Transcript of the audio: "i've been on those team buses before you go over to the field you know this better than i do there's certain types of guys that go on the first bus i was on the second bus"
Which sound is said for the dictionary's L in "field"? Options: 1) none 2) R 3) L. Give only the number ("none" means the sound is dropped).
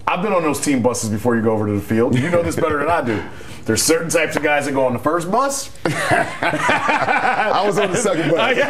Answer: 3